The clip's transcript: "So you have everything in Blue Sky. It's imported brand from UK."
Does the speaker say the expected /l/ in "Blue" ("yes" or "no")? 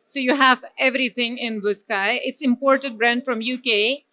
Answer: no